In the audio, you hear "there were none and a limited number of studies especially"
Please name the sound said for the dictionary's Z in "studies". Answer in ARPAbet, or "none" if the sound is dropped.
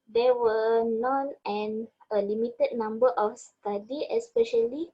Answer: none